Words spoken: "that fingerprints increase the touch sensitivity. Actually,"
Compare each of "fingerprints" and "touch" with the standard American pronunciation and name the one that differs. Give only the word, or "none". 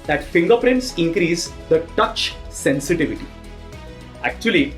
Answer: none